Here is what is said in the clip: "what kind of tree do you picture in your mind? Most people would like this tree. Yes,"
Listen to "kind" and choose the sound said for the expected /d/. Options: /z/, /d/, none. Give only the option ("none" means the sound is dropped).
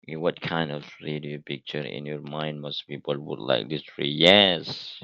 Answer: /d/